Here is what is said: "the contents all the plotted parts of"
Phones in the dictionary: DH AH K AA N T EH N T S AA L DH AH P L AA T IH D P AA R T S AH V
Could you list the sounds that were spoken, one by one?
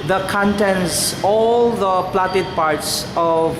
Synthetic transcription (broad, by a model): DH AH K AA N T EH N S AA L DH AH P L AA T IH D P AA R T S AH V